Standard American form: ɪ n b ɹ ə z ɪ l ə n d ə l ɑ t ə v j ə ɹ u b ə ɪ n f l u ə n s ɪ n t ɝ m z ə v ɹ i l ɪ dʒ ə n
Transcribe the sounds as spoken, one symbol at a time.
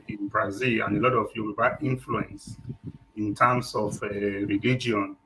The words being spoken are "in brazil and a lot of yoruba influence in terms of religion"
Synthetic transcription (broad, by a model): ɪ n b ɹ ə z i l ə n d ə l ɑ t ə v j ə w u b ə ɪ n f l u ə n s ɪ n t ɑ m s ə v ɹ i l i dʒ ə n